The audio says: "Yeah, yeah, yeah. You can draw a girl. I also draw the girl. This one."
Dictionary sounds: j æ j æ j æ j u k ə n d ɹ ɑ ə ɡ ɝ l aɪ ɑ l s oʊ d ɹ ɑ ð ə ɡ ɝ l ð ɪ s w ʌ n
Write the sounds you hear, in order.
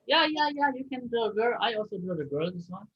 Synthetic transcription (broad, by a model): j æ j æ j æ j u k ə n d ɑ ə ɡ ɝ l aɪ ɑ l s oʊ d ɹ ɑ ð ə ɡ ɝ l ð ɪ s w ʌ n